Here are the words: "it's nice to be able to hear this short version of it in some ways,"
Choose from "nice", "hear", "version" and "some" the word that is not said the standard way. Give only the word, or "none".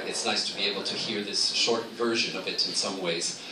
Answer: none